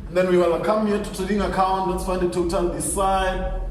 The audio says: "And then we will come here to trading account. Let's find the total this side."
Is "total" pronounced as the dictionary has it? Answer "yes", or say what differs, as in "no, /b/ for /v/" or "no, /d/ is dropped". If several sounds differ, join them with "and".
no, /n/ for /l/